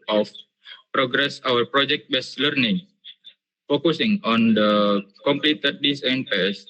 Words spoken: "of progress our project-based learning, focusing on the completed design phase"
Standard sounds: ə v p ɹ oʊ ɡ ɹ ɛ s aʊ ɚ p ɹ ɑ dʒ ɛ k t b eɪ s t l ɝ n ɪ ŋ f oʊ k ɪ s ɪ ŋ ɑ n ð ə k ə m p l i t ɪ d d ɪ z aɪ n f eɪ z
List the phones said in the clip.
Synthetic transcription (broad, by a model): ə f p ɹ oʊ ɡ ɹ ɛ s aʊ ɚ p ɹ ɑ dʒ ɛ k t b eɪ s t l ɝ n ɪ ŋ f oʊ k ɪ s ɪ ŋ ɑ n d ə k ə m p l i t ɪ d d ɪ s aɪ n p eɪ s